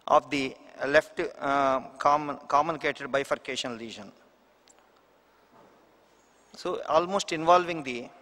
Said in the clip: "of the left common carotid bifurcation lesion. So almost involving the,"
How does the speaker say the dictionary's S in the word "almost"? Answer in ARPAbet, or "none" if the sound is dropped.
S